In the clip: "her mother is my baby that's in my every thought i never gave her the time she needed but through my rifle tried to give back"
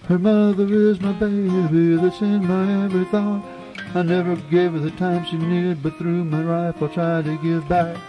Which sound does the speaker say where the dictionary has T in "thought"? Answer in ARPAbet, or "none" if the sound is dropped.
none